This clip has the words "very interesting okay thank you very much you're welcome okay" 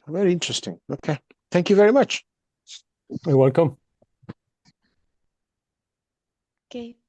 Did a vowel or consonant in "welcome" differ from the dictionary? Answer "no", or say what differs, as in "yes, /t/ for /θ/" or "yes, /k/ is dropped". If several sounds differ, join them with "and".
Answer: no